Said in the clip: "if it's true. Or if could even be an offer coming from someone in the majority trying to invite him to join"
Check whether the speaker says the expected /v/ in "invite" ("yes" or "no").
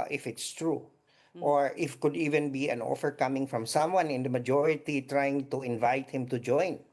yes